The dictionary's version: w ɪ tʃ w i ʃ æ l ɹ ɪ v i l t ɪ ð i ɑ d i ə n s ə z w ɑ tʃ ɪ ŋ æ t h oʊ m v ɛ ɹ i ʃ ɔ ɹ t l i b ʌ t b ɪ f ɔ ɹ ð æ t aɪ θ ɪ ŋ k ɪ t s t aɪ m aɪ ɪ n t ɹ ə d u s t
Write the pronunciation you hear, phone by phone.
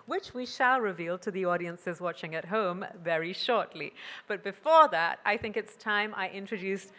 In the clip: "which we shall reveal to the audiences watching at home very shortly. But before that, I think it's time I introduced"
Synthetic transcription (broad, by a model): w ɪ tʃ w i ʃ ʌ l ɹ ɪ v i l t ɪ ð i ɑ d i ə n s ə z w ɑ tʃ ɪ ŋ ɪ t h oʊ m v ɛ ɹ i ʃ ɔ ɹ t l i b ʌ t b ɪ f ɔ ɹ ð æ t aɪ θ ɪ ŋ k ɪ t s t aɪ m aɪ ɪ n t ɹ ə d u s t